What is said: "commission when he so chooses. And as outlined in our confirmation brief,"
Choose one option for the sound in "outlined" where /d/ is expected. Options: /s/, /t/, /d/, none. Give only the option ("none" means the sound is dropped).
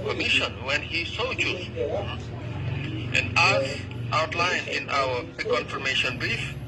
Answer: none